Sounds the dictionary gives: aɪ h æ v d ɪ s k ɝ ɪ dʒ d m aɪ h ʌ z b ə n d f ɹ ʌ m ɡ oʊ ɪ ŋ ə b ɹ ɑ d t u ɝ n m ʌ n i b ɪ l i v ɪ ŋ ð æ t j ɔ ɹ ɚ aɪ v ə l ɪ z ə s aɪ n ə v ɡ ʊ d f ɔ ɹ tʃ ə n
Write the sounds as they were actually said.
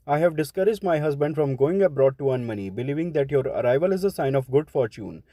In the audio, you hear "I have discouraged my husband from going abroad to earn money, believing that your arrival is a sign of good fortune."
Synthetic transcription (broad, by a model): aɪ h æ v d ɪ s k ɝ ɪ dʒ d m aɪ h ʌ z b ə n d f ɹ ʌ m ɡ oʊ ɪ ŋ ə b ɹ ɑ d t u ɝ n m ʌ n i b ɪ l i v ɪ ŋ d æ t j ɔ ɹ ɚ aɪ v ə l ɪ z ə s aɪ n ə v ɡ ʊ d f ɔ ɹ tʃ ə n